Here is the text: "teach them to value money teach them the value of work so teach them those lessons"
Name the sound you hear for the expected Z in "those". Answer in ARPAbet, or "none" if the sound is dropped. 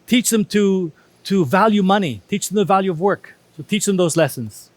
Z